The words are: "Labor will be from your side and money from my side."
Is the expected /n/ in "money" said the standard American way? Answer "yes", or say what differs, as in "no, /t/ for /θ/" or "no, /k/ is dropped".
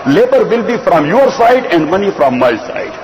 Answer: yes